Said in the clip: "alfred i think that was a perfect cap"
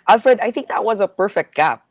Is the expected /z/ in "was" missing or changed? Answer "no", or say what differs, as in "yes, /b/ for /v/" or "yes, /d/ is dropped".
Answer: no